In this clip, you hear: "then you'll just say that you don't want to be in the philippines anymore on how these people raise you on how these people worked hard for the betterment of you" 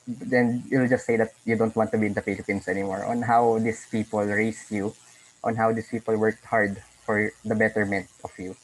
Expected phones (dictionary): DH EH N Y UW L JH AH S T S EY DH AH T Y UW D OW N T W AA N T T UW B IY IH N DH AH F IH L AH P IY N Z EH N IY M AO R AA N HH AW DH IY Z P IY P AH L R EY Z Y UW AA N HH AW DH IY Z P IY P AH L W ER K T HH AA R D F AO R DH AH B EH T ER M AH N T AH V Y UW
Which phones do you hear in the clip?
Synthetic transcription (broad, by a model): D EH N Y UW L JH AH S T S EY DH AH T Y UW D OW N T W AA N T T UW B IY IH N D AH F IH L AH P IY N S EH N IY M AO R AA N HH AW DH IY S P IY P AH L R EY S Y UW AA N HH AW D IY S P IY P AH L W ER K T HH AA R D F AO R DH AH B EH T ER M AH N T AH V Y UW